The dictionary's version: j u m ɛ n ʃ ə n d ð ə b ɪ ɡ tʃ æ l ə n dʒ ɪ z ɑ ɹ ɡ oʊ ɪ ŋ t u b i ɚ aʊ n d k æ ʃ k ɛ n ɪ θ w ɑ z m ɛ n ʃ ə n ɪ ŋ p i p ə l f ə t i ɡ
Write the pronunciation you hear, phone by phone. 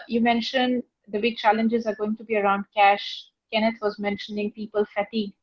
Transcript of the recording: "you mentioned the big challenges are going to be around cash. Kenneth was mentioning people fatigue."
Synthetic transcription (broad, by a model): j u m ɛ n ʃ ə n d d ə b ɪ ɡ tʃ æ l ə n dʒ ɪ z ɑ ɹ ɡ oʊ ɪ ŋ t u b i ɚ aʊ n d k æ ʃ k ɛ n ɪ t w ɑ z m ɛ n ʃ ə n ɪ ŋ p i p ə l f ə t i ɡ